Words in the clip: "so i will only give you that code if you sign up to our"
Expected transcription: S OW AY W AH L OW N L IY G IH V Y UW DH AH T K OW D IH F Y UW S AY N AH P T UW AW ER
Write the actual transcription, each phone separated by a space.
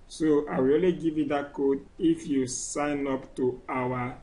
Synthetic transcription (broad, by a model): S OW AY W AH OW L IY G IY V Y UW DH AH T K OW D IH F Y UW S AY N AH P T UW AW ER